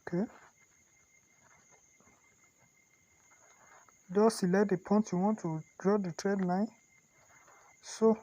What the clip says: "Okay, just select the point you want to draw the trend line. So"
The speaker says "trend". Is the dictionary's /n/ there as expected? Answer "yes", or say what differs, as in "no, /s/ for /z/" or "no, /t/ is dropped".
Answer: no, /n/ is dropped